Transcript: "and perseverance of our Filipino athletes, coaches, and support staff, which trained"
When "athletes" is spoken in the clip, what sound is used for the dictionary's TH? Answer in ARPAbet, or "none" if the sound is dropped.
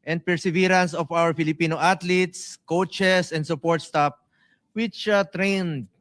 T